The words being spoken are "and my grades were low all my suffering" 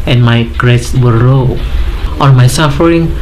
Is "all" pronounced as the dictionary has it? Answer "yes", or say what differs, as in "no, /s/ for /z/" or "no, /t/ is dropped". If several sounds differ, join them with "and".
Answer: no, /n/ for /l/